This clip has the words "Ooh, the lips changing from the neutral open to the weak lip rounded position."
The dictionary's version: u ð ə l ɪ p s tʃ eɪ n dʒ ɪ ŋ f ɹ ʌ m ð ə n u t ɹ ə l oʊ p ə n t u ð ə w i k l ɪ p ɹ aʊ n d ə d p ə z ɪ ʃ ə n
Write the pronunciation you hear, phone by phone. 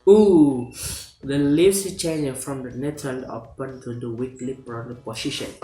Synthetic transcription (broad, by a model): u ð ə l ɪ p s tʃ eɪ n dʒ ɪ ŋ f ɹ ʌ m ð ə n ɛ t ə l oʊ p ə n t u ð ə w i k l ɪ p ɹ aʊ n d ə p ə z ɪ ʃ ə n